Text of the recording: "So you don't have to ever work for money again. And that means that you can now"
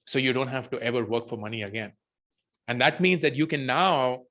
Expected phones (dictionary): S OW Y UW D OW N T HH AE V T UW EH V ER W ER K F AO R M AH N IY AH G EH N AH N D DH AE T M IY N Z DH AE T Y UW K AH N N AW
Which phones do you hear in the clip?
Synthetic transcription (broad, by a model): S OW Y UW D OW N T HH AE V T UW EH V ER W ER K F AO R M AH N IY AH G EH N AH N D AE T M IY N Z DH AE T Y UW K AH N N AW